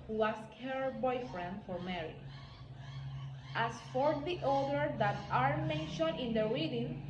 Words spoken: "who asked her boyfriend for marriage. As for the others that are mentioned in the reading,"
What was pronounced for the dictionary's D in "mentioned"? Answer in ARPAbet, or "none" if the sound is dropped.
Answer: none